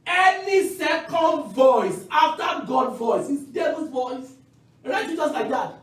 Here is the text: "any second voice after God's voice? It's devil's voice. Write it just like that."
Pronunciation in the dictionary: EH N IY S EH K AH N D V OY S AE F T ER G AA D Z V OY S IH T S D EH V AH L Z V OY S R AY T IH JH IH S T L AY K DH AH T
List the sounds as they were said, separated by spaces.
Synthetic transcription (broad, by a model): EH N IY S EH K AH N D V OY S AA F T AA G AA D V OY S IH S D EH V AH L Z V OY S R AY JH IH Z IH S L AY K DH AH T